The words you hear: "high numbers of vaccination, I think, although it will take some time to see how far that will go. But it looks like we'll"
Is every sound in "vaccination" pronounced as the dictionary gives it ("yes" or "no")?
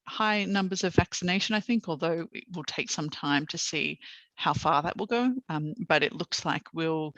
yes